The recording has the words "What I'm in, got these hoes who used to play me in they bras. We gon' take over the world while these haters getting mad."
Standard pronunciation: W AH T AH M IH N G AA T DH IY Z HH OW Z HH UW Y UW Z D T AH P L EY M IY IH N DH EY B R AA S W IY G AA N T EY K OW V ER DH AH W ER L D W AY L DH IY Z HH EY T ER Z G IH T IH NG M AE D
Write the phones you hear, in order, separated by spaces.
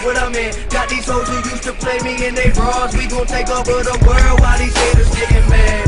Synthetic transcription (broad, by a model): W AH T AH M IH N G AA T DH IY Z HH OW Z HH UW Y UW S T AH P L EY M IY IH N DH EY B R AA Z W IY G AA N T EY K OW ER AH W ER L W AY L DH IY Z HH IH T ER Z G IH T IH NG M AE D